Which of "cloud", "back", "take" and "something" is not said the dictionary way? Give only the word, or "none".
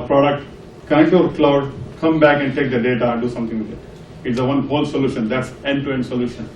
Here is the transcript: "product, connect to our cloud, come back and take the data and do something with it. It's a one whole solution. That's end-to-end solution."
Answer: something